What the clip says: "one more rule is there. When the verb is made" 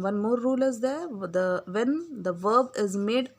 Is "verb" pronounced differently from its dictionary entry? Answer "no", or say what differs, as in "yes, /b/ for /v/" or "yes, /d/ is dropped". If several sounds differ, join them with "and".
no